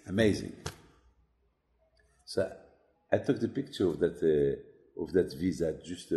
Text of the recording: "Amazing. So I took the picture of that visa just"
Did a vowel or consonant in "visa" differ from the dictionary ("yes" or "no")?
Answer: no